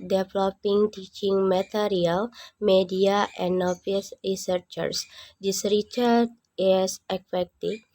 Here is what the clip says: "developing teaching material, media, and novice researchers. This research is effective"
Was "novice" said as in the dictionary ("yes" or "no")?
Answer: no